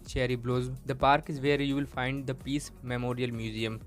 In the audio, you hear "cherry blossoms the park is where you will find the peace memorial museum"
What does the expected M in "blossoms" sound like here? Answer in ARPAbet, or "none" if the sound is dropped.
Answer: none